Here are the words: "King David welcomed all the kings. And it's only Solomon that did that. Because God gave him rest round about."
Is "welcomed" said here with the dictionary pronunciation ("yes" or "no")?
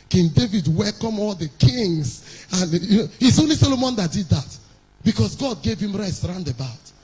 no